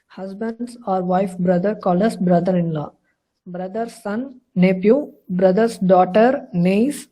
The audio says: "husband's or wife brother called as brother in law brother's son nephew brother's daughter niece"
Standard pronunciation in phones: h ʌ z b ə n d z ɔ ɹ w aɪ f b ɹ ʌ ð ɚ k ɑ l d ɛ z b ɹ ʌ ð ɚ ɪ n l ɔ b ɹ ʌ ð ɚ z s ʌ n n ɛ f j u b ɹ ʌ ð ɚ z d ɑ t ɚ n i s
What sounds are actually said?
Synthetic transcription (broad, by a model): h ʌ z b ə n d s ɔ ɹ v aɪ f b ɹ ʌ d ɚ k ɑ l ʌ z b ɹ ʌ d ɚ ɪ n l ɔ b ɹ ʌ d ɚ s ʌ n n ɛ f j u b ɹ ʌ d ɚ s d ɑ t ɚ n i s